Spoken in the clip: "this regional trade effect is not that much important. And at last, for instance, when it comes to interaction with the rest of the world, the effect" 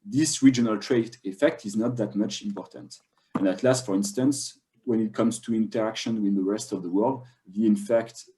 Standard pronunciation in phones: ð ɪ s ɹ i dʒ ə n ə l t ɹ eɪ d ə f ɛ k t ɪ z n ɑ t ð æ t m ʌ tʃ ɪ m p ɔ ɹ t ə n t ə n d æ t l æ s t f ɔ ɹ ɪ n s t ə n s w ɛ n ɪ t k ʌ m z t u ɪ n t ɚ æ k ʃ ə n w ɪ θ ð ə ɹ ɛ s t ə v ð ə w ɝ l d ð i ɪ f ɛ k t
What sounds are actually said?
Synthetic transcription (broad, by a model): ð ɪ s ɹ i dʒ ə n ə l t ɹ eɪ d ə f ɛ k t ɪ z n ɑ t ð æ t m ʌ tʃ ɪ m p ɔ ɹ t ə n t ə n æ t l æ s t f ɔ ɹ ɪ n s t ə n s w ɛ n ɪ t k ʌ m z t u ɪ n t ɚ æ k ʃ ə n w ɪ ð ə ɹ ɛ s t ə v ð ə w ɝ l d ð i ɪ f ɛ k t